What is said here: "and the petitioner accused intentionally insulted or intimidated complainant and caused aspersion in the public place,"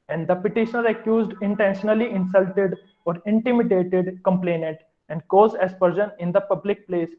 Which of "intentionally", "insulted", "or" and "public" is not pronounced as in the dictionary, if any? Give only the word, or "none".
none